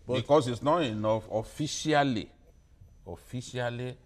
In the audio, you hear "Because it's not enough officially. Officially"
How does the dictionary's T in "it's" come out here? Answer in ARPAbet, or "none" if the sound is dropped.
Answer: S